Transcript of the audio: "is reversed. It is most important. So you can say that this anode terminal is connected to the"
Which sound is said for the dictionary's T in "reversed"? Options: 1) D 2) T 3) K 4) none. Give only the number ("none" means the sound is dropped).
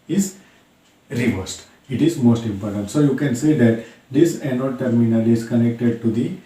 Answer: 2